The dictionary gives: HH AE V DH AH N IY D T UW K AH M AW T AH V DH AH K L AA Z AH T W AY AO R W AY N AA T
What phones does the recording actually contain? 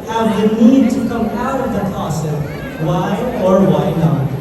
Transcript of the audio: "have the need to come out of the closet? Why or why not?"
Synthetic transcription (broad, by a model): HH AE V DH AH N IY D T UW K AH M AW T AH V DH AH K AA S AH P W AY AO R W AY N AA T